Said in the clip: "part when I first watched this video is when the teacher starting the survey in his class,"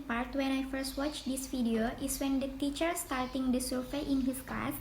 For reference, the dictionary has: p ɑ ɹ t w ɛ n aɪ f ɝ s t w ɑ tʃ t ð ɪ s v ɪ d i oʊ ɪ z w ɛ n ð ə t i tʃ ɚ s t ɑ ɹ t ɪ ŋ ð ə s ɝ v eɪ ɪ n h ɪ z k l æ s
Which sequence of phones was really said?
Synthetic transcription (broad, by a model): p ɑ ɹ t w ɛ n aɪ f ɝ s t w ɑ tʃ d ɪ s f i d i oʊ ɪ s w ɛ n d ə t i tʃ ɚ s t ɑ ɹ t ɪ ŋ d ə s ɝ f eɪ ɪ n h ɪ s k l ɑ s